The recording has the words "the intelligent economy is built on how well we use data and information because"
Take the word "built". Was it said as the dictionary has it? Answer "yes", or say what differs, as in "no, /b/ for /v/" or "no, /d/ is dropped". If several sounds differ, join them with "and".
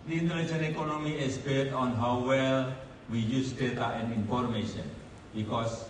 no, /l/ is dropped